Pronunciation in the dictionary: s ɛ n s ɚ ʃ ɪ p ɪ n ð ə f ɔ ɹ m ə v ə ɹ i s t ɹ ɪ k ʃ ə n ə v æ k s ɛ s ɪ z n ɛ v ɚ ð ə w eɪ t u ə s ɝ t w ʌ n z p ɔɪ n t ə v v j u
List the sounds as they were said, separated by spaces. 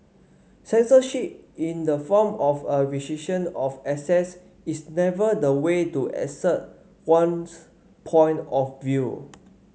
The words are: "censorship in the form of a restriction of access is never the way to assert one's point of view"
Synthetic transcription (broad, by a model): s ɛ n s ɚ ʃ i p ɪ n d ə f ɔ m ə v ə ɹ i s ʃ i ʃ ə n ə f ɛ s ɛ s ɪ s n ɛ v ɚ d ə w eɪ t u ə s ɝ t w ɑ n s p ɔɪ n t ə f v j u